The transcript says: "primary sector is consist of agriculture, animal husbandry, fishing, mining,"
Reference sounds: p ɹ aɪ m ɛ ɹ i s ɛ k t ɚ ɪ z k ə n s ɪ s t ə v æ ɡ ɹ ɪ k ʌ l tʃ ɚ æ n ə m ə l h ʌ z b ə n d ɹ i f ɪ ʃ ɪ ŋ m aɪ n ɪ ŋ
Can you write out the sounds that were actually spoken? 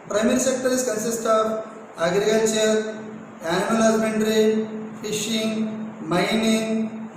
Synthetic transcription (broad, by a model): p ɹ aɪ m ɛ ɹ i s ɛ k t ɚ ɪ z k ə n s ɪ s t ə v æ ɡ ɹ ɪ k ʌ l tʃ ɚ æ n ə ə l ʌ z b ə n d ɹ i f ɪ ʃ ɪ ŋ m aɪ n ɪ ŋ